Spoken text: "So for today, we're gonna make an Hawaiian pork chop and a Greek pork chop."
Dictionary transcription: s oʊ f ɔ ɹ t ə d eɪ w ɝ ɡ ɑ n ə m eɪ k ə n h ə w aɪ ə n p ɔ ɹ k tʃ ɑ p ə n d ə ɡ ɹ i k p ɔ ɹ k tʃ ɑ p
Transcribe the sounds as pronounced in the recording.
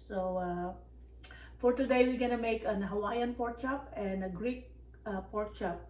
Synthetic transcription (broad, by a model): s oʊ f ɔ ɹ t ə d eɪ w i ɡ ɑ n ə m eɪ k ə n h ə w aɪ ə n p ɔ ɹ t tʃ ɑ p ə n d ə ɡ ɹ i k p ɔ ɹ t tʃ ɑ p